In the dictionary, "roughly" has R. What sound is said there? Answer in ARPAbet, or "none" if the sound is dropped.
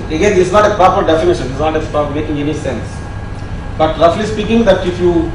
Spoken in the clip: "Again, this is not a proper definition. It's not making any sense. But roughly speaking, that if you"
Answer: L